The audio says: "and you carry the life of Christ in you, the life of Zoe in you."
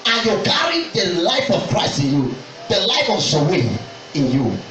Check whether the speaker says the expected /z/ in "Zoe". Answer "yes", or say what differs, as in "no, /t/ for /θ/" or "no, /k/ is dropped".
no, /s/ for /z/